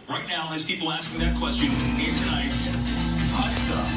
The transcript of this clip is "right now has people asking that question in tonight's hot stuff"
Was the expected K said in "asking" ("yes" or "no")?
yes